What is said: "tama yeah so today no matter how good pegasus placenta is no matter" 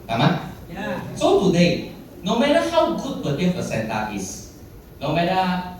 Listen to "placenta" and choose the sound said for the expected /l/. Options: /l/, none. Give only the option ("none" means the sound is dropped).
none